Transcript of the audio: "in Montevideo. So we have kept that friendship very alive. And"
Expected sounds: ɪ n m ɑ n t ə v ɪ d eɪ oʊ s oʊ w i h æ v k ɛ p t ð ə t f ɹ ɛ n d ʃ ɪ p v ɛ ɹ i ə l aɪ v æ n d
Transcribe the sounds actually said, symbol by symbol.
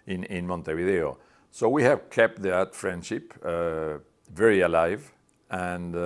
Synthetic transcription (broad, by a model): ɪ n m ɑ n t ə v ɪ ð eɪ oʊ s oʊ w i h æ v k ɛ p t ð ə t f ɹ ɛ n d ʃ ɪ p v ɛ ɹ i ə l aɪ v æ n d